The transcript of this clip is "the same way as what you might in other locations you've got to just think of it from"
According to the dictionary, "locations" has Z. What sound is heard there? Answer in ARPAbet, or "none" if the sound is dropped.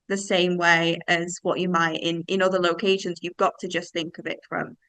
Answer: Z